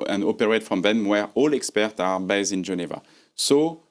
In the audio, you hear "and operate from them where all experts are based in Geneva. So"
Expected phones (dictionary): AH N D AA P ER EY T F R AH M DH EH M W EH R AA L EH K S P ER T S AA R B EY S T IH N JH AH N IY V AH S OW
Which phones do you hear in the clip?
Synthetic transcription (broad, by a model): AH N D AA P ER EY T F R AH M DH EH M W EH R AA L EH K S P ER T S AA R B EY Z IH N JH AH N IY V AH S OW